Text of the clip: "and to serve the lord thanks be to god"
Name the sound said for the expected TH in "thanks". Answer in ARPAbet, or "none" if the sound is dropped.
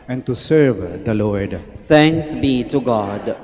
T